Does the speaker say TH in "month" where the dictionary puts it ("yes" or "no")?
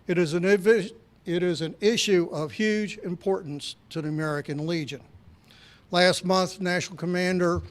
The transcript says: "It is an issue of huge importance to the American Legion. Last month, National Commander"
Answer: yes